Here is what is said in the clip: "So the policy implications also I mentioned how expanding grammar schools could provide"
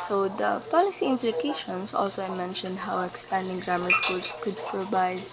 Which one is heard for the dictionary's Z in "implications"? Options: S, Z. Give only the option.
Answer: S